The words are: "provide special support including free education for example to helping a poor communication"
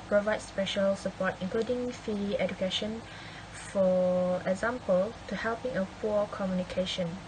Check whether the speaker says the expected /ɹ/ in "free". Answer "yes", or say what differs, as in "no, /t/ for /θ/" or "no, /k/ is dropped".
no, /ɹ/ is dropped